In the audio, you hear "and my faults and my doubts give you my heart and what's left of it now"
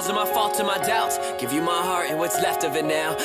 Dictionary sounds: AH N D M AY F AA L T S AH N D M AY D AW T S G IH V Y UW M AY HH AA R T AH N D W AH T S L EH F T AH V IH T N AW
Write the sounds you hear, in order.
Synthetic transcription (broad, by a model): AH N M AY F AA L T AH M AY D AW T G IH V Y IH M AY HH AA R AH W AH T S L EH F T AH V IH T N AW